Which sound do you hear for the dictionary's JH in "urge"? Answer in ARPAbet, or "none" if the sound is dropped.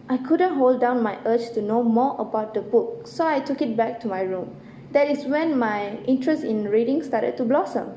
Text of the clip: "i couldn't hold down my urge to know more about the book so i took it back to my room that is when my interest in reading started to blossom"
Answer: CH